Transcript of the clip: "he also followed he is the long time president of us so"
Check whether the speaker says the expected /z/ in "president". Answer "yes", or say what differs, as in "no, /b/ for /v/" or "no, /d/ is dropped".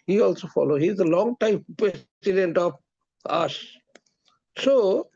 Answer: no, /s/ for /z/